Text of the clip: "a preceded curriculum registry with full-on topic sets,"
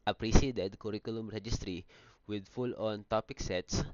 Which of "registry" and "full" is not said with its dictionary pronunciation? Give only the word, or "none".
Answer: none